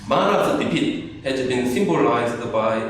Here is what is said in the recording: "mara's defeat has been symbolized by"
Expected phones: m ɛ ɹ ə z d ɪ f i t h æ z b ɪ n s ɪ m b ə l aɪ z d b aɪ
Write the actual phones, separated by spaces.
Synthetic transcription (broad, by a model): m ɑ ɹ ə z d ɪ p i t h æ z b ɪ n s ɪ m b ə l aɪ z d b aɪ